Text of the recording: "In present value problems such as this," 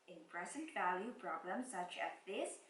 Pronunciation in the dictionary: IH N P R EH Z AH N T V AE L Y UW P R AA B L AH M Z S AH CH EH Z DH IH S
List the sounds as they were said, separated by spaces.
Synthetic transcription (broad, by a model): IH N P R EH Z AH N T V AE L Y UW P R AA B L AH M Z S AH CH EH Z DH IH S